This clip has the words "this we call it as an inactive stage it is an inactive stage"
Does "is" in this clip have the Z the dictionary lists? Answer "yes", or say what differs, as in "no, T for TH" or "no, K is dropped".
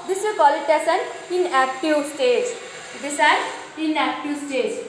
no, S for Z